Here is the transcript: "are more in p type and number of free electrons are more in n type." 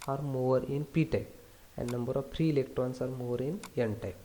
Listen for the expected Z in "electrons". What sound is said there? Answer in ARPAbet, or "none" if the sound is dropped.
S